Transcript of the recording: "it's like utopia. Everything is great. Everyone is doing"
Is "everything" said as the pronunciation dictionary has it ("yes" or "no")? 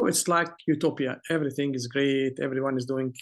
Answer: yes